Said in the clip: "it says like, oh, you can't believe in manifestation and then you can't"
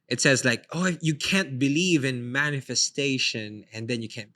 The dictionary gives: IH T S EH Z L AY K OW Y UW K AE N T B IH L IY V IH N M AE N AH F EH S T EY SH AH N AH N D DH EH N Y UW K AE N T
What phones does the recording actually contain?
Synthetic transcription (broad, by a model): IH T S EH Z L AY K OW Y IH K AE N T B IH L IY V IH N M AE N AH F EH S T EY SH AH N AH N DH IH N Y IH K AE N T